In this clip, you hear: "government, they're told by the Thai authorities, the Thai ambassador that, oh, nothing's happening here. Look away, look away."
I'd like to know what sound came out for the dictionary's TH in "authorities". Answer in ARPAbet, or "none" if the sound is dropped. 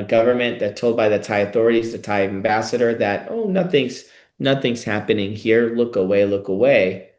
TH